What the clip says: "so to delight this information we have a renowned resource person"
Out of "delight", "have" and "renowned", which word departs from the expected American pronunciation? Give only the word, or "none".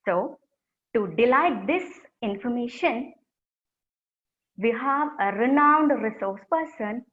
none